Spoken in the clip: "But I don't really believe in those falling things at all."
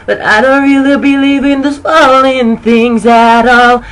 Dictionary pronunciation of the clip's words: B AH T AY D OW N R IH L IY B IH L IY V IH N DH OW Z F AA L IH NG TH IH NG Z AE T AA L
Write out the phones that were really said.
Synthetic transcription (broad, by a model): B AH T AY D OW N R IH L IY B IH L IY V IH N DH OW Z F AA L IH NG TH IH NG Z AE T AA L